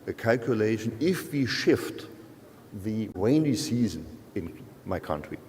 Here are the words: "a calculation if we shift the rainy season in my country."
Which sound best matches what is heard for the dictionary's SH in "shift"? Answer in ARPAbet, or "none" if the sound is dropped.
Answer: SH